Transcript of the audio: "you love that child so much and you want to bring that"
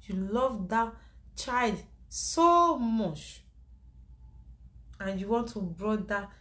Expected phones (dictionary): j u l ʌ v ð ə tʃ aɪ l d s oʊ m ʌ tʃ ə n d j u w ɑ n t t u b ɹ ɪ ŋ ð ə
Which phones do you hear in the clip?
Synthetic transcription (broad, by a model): j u l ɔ v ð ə tʃ aɪ l d s oʊ m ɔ tʃ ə n j u w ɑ n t t u b ɹ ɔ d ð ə